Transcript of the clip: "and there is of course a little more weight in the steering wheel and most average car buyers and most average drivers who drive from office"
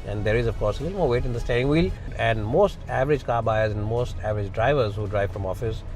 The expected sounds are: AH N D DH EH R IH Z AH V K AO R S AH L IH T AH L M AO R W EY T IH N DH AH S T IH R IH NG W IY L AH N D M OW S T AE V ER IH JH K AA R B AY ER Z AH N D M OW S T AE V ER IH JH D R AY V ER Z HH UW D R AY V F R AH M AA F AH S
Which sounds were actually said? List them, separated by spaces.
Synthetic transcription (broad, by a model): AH N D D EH R IH Z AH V K AO R S AH L IH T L M AO R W EY T IH N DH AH S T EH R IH NG W IY L AH N D M OW S T AE V ER IH JH K AA R B AY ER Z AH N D M OW S T AE V ER IH JH D R AY V ER Z HH UW D R AY V F R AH M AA F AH S